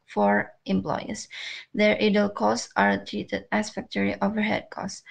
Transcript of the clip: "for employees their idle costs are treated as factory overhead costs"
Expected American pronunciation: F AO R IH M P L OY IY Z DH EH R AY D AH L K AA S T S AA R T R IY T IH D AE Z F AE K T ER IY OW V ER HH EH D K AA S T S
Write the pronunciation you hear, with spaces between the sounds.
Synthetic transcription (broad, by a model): F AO R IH M P L OY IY S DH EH R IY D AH L K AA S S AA R T R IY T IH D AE S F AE K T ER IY OW V ER HH EH D K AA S S